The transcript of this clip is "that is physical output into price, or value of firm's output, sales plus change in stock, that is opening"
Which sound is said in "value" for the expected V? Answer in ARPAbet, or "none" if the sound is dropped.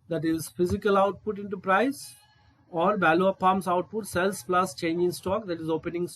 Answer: B